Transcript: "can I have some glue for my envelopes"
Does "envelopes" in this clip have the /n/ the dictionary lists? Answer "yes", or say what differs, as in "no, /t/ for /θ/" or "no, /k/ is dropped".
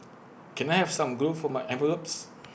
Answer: no, /n/ is dropped